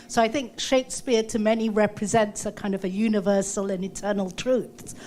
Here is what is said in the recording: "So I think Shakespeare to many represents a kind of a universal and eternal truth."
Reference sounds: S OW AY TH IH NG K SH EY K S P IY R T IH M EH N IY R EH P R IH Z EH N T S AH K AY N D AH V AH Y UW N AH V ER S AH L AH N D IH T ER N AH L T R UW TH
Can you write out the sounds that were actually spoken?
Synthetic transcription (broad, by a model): S OW AY TH IH NG K SH EY K S P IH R T IH M EH N IY R EH P R IH Z EH N T S AH K AY N D AH V AH Y UW N AH V ER S AH L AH N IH T ER N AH L T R UW TH